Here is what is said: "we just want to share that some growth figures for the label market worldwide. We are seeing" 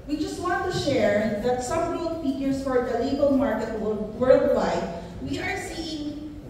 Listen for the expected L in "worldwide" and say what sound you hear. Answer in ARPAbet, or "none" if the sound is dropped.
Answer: W